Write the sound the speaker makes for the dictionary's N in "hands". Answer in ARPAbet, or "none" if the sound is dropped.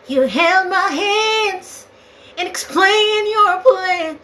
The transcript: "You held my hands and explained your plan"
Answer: N